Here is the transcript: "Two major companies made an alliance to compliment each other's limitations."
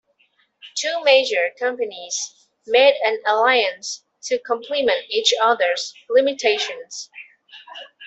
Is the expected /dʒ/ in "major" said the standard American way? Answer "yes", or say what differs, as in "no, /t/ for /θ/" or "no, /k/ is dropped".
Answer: yes